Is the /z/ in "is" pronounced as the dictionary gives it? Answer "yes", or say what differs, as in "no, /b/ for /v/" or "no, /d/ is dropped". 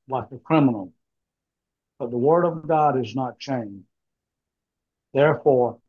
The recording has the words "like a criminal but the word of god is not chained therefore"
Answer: yes